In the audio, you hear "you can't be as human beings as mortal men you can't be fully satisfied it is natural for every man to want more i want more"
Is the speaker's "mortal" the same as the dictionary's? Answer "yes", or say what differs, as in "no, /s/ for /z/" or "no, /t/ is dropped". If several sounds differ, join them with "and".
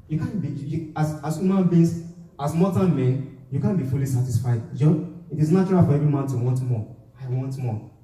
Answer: no, /n/ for /l/